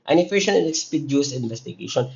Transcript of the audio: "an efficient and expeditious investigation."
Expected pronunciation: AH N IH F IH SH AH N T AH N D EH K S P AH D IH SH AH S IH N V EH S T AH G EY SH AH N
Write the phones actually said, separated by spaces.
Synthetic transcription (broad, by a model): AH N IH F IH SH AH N AH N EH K S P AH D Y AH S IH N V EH S T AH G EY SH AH N